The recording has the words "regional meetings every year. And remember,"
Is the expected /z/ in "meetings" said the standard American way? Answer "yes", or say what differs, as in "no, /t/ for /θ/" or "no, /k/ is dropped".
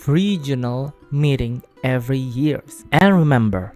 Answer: no, /z/ is dropped